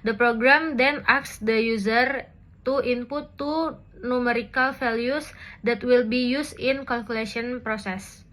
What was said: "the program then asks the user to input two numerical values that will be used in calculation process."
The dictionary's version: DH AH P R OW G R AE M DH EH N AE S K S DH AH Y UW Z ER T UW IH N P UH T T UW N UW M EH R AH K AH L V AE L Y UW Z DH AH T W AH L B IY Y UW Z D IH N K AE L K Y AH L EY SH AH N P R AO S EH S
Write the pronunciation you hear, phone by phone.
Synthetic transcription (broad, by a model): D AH P R OW G R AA M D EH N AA K S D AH Y UW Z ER T UW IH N P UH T T UW N UW M EH R AH K AH L F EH L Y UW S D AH T W AH L B IY Y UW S IH N K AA L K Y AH L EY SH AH N P R AO S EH S